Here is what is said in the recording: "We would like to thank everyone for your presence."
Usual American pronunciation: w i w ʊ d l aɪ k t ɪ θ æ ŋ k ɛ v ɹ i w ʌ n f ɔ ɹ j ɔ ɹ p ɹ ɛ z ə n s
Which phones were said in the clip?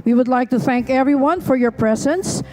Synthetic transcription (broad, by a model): w i w ʊ d l aɪ k t ɪ θ æ ŋ k ɛ v ɹ i w ʌ n f ɔ ɹ j ɔ ɹ p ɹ ɛ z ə n s